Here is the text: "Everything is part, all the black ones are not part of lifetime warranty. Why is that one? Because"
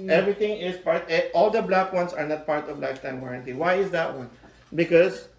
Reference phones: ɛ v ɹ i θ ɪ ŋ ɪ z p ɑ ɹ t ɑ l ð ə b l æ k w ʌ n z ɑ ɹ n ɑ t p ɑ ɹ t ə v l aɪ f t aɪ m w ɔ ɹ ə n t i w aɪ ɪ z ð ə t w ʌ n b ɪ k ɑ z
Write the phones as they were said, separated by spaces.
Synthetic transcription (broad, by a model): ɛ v ɹ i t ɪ ŋ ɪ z p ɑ ɹ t ɑ l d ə b l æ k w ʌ n s ɑ ɹ n ɑ t p ɑ ɹ t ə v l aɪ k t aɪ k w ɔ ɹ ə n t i w aɪ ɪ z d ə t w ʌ n b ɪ k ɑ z